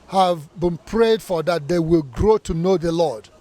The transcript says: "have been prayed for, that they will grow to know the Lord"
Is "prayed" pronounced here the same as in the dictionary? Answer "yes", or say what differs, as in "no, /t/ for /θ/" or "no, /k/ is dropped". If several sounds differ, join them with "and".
yes